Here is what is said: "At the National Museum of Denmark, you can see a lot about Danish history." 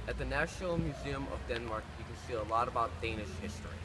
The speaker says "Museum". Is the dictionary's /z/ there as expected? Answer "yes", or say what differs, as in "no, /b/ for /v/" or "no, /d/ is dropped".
yes